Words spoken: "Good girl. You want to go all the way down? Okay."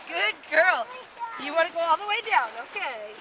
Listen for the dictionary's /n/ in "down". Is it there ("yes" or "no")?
yes